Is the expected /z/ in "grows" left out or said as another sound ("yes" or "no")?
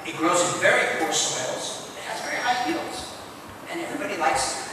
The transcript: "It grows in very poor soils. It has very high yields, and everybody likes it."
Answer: no